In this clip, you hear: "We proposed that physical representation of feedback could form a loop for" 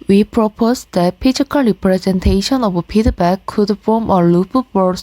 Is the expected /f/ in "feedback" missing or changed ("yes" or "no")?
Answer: yes